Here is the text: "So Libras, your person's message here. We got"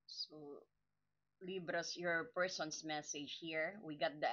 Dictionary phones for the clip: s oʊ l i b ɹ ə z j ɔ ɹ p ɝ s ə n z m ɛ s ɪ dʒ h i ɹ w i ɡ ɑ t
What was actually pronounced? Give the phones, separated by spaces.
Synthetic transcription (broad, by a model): s oʊ l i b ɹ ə s j ɔ ɹ p ɝ s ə n s m ɛ s ɪ dʒ h i ɹ w i ɡ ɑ t